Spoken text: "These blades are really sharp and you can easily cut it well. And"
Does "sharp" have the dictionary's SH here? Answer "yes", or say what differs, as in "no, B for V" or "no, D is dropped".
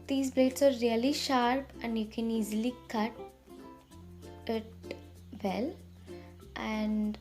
yes